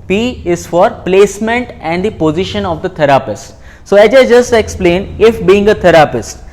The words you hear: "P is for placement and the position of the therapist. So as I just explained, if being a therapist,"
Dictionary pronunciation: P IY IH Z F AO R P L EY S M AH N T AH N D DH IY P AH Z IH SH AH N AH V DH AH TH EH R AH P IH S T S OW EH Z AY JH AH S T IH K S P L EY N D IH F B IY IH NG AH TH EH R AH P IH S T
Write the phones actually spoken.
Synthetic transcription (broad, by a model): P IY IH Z F AO R P L EY S M AH N T AH N D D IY P AH Z IH SH AH N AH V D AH T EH R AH P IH S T S OW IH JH AY JH AH S T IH K S P L EY N IH F B IY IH NG AH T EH R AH P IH S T